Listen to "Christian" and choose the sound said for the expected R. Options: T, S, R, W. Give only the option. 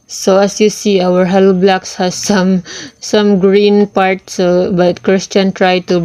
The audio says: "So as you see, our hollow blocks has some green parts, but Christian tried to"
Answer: R